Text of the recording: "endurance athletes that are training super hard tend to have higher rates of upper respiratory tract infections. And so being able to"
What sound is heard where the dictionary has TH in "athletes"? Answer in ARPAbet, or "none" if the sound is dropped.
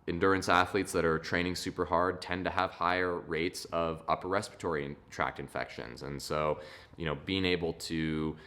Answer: TH